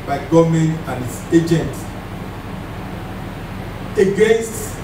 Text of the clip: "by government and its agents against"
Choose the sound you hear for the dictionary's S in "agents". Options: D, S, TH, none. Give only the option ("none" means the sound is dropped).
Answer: none